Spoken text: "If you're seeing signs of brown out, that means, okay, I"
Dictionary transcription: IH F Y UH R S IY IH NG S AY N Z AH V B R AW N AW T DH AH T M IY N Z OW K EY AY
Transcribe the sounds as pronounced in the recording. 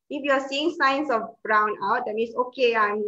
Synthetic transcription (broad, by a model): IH F Y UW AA S IY IH NG S AY N S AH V B R AW N AW T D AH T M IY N S OW K EY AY